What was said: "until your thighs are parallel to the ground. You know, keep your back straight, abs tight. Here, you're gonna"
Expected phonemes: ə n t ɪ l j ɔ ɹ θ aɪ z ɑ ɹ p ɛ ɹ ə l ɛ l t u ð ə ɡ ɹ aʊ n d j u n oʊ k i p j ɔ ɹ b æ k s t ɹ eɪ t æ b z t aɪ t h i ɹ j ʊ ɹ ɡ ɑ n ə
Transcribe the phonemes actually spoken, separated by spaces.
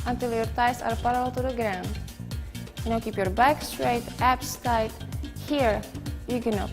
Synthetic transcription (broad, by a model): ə n t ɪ l j ɔ ɹ t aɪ s ɑ ɹ p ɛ ɹ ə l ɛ l t u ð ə ɡ ɹ aʊ n d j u n oʊ k i p j ɔ ɹ b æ k s t ɹ eɪ t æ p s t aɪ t h i ɹ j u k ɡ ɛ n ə